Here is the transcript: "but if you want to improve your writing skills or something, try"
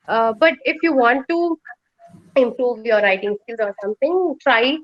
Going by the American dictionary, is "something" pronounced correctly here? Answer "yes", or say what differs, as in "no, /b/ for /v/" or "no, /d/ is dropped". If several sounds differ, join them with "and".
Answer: no, /t/ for /θ/